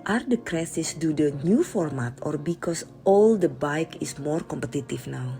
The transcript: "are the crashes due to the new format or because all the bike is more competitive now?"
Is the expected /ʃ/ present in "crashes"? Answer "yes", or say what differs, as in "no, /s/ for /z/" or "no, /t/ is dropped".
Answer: no, /s/ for /ʃ/